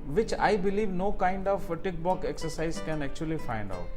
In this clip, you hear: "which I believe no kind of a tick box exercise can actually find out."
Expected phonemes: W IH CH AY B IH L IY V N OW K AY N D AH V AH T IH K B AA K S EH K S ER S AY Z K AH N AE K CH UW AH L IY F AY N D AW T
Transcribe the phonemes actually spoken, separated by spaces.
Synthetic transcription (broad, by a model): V IH CH AY B IH L IY V N OW K AY N D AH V T IH K B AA K EH K S ER S AY Z K AH N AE K CH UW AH L IY F AY N D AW T